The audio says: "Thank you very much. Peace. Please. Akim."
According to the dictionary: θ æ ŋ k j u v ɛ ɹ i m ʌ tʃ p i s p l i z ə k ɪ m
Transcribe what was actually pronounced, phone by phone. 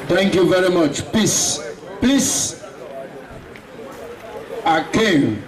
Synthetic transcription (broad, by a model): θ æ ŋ k j u v ɛ ɹ i m ʌ tʃ p i s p i s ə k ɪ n